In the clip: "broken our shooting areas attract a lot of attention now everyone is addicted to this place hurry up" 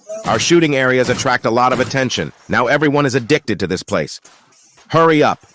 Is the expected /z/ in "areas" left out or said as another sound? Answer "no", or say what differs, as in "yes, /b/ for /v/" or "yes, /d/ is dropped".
no